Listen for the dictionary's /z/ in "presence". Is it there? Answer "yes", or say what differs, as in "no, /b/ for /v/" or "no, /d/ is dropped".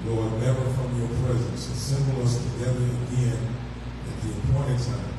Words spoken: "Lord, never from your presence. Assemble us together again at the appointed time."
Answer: yes